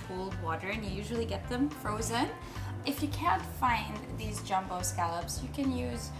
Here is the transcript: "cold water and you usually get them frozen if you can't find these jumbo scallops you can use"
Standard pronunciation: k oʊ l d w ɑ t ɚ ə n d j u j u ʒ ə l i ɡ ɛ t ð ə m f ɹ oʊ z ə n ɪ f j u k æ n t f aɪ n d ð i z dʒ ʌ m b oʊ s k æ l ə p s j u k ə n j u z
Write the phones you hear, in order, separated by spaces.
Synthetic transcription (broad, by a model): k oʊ l d w ɑ t ɚ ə n j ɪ j u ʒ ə l i ɡ ɛ t ð ə m f ɹ oʊ z ə n ɪ f j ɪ k æ n t f aɪ n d ð i z dʒ ʌ m b oʊ s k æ l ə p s j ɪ k ə n j u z